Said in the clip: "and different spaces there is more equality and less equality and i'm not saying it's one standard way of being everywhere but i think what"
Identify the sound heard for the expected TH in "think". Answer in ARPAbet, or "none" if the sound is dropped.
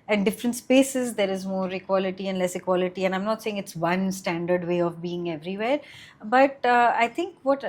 T